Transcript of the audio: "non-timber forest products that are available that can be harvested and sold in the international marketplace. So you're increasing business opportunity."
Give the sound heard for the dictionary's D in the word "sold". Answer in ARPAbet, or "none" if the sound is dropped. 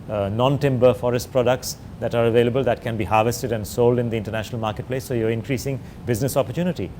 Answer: D